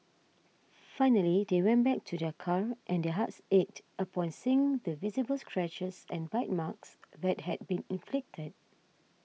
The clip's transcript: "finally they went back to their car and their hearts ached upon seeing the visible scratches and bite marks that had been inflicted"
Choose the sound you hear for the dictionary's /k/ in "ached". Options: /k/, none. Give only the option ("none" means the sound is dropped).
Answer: none